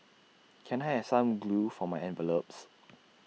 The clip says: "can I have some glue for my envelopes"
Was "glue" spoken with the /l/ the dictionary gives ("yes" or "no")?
yes